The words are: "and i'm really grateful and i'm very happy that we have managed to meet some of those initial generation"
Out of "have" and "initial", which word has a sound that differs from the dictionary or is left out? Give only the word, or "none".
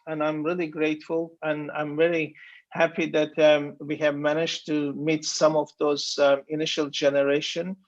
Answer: none